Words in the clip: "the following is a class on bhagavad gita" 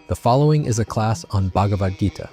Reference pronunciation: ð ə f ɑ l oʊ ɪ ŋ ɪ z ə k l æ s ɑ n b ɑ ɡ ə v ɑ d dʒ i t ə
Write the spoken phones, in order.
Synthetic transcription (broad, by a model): ð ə f ɑ l oʊ ɪ ŋ ɪ z ə k l æ s n b ɑ ɡ ə v ɑ d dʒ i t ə